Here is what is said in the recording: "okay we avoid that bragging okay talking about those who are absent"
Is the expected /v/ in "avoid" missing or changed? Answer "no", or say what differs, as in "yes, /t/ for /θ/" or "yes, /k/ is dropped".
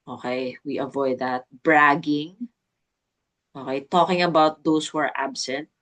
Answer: no